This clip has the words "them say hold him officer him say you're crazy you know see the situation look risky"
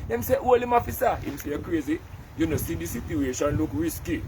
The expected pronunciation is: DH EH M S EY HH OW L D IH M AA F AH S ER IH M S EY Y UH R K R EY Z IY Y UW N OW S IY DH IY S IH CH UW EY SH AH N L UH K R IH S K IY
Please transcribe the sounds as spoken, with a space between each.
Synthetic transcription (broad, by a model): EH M S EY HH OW L IH M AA F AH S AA IH M S EY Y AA K R EY Z IY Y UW N OW S IY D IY S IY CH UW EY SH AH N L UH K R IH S K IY